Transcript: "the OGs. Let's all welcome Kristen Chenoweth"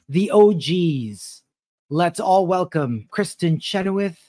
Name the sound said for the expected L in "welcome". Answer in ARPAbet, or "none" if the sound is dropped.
L